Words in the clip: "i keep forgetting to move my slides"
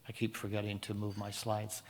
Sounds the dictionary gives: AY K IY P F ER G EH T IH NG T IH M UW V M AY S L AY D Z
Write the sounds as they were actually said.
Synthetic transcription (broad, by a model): AY K IY P F ER G EH T IH NG T IH M UW V M AY S L AY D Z